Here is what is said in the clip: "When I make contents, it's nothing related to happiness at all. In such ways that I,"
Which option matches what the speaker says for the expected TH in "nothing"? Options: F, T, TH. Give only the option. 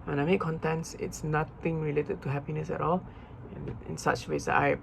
T